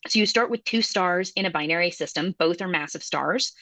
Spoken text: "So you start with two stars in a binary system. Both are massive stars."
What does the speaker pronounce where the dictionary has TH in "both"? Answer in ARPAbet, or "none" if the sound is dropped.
TH